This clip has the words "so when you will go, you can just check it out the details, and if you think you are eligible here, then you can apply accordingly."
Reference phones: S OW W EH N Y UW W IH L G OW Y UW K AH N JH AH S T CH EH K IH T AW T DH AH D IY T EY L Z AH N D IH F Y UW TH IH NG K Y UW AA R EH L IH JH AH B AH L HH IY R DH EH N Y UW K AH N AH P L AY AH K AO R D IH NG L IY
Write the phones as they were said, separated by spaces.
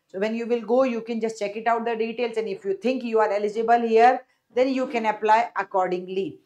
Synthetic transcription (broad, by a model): S OW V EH N Y UW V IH L G OW Y UW K AH N JH AH S T CH EH K IH T AW T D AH D IY T EY L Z AH N D IH F Y UW T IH NG K Y UW AA R EH L IH JH AH B AH L HH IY R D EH N Y UW K AH N AH P L AY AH K AO R D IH NG L IY